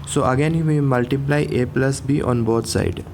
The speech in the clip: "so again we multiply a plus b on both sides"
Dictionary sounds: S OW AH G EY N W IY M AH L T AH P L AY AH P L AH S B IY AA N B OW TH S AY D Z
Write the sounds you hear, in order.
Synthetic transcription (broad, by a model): S OW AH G EY N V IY M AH L T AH P L AY AH P L AH S B IY AA N B OW T S AY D